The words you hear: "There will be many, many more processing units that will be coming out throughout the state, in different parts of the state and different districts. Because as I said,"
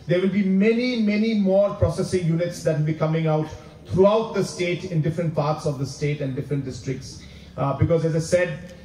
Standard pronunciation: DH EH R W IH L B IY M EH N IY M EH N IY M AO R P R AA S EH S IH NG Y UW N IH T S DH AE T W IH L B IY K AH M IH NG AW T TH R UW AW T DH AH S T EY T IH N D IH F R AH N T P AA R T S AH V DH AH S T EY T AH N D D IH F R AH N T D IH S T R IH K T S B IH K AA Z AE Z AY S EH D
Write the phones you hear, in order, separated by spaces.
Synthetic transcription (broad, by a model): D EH R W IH L B IY M EH N IY M EH N IY M AO R P R AA S EH S IH NG Y UW N IH T S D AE T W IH L B IY K AH M IH NG AW T T R UW AW T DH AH S T EY T IH N D IH F R AH N T P AA R T S AH V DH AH S T EY T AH N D D IH F R AH N T D IH S T R IH K T S B IH K AA Z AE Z AY S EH D